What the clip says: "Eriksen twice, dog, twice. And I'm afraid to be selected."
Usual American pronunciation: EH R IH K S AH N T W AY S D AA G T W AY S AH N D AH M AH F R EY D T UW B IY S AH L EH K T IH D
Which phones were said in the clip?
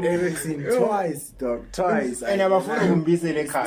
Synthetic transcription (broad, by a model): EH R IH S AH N T W AY S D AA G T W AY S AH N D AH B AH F UW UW B IY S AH L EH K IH